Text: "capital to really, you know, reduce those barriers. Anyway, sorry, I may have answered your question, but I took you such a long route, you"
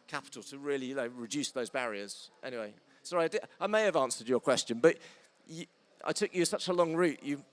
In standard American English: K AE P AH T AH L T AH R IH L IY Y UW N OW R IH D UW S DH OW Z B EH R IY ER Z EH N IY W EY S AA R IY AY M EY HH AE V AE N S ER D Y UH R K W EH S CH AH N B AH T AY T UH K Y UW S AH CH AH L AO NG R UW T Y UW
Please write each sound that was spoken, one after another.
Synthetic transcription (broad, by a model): K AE P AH T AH L T AH R IH IY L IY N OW R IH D UW S DH OW Z B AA R IY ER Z EH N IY W EY S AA R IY AY M EY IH V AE N S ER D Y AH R K W EH S CH AH N B AH T AY T UH K Y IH S AH CH AH L AO NG R UW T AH